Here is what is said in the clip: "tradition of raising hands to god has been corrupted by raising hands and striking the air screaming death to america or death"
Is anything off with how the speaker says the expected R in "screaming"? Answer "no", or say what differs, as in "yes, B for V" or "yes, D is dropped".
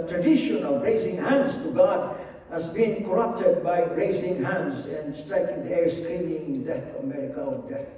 yes, L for R